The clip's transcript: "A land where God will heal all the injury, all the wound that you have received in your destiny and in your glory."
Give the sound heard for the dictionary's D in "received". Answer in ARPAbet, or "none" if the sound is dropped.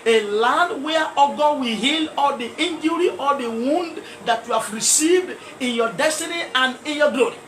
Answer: D